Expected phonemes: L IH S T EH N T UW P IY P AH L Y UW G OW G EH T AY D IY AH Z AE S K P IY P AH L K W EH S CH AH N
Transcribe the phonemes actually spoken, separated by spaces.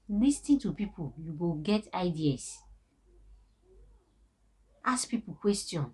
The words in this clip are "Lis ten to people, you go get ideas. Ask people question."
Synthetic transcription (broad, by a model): L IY S T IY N T UW P IY P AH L Y UW G OW G EH T AY D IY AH S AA S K P IY P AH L K W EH S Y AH N